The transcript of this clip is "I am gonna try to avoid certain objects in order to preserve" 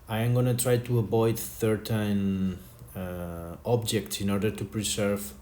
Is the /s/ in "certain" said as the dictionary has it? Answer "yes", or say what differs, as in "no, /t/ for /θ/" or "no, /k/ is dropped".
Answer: no, /θ/ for /s/